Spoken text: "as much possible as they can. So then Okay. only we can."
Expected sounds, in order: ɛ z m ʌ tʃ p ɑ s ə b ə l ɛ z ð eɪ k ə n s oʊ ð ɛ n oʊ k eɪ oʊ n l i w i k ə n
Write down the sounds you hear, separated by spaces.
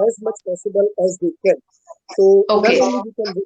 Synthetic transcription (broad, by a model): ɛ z m ʌ tʃ p ɑ s ə b ə l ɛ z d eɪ k ə n s oʊ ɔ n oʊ eɪ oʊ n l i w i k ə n